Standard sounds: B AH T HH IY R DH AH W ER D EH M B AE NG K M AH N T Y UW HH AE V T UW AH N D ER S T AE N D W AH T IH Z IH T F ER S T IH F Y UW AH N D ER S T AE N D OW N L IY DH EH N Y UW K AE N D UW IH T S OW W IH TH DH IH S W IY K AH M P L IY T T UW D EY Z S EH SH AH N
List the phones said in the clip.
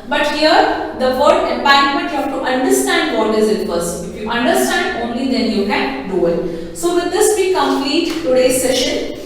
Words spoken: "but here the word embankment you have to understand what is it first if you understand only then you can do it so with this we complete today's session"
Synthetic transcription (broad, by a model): B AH T HH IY R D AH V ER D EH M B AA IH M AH N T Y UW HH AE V T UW AH N D ER S T AE N D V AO T IH Z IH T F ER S IH F Y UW AH N D ER S T AE N D OW N L IY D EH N Y UW K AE N D UW IH T S OW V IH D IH S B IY K AH M P L IY T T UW D EY S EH SH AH N